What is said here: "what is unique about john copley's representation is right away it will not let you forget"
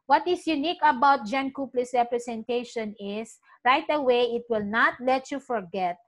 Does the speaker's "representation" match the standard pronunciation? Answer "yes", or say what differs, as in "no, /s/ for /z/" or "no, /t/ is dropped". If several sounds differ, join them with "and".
no, /s/ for /z/